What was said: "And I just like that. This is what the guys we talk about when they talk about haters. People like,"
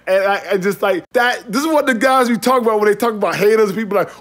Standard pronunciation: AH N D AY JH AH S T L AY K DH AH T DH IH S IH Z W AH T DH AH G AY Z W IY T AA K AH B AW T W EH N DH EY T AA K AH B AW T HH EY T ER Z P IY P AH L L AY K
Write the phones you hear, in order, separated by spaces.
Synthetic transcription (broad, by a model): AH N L AY JH AH S T L AY K DH AH T DH IH S IH Z W AH T DH AH G AY Z W IY T AA K AH B AW T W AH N DH EY T AA K AH B AW T HH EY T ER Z P IY P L L AY K